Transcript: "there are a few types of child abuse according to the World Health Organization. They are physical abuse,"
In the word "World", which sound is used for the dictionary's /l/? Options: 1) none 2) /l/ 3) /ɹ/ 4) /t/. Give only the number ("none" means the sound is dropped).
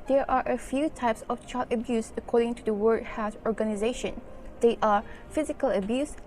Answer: 1